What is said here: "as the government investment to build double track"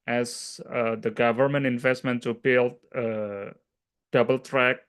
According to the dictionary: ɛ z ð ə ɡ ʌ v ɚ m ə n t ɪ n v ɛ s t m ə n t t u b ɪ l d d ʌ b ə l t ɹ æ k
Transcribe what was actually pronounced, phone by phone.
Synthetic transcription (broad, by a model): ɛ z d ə ɡ ʌ v ɚ m ə n t ɪ n v ɛ s t m ə n t s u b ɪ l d d ʌ b ə l t ɹ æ k